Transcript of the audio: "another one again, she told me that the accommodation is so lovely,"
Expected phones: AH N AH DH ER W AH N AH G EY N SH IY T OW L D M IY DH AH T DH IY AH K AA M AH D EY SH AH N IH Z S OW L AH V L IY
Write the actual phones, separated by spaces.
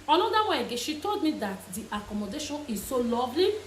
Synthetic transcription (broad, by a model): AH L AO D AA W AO AH G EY SH IY T OW L D M IY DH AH T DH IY AH K AA M AH D EY SH AH N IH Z S OW L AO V L IY